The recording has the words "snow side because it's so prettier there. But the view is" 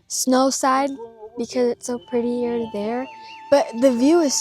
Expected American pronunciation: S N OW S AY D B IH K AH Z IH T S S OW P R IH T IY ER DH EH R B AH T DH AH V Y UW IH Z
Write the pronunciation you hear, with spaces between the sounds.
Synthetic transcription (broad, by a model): S N OW S AY D B IH K AH Z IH T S S OW P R IH T IY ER DH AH R B AH T DH AH V Y UW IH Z